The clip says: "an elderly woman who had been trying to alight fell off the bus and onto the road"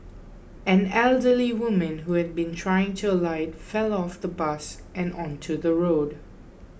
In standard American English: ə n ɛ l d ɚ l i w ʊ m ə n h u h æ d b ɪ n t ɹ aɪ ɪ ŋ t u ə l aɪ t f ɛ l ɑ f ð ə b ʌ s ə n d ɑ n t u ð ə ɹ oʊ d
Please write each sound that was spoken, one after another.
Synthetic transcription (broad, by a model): ə n ɛ l d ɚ l i w ʊ m ə n h u h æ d b ɪ n t ɹ aɪ ɪ ŋ t u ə l aɪ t f ɛ l ɑ f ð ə b ʌ s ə n ɑ n t u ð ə ɹ oʊ d